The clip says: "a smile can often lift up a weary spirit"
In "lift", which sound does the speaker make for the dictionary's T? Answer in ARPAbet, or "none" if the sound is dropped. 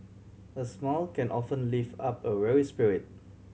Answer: none